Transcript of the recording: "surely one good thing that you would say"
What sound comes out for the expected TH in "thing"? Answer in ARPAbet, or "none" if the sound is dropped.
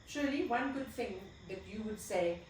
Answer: TH